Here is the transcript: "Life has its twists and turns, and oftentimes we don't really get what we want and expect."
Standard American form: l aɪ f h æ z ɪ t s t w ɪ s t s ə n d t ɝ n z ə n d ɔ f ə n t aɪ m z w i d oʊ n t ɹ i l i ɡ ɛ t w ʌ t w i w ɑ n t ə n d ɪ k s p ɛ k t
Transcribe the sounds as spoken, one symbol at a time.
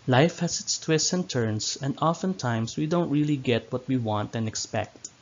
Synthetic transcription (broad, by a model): l aɪ f h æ s ɪ t s t w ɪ s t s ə n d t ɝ n s ə n d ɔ f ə n t aɪ m s w i d oʊ n t ɹ i l i ɡ ɛ t w ʌ t w i w ɑ n t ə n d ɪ k s p ɛ k t